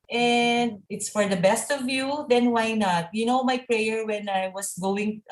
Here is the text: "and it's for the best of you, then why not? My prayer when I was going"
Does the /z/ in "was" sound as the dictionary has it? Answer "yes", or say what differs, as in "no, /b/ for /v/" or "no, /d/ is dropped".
no, /s/ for /z/